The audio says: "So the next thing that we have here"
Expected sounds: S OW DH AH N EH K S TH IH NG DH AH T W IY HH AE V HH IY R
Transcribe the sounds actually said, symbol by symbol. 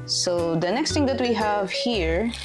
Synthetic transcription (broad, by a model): S OW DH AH N EH K S T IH NG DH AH T W IY HH AE V HH IY R